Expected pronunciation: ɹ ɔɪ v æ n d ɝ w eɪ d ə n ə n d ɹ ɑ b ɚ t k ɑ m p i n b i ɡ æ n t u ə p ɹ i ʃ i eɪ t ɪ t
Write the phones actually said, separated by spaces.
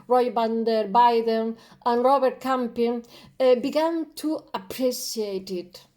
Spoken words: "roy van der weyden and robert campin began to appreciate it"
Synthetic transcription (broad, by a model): ɹ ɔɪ b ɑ n d ɝ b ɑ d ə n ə n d ɹ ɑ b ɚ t k ɑ m p i n b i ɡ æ n t u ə p ɹ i s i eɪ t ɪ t